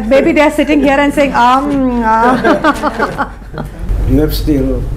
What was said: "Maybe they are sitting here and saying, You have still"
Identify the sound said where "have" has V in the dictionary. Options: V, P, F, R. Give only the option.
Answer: F